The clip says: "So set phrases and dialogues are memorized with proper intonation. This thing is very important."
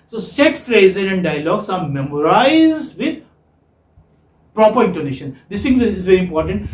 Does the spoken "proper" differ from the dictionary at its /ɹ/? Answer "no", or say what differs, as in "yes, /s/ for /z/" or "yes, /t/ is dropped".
no